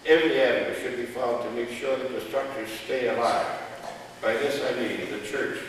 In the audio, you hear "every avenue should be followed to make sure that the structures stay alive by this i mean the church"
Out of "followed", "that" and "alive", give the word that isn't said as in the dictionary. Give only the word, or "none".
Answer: followed